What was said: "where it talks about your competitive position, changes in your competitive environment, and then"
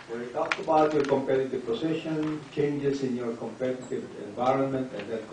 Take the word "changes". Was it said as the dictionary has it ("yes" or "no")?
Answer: no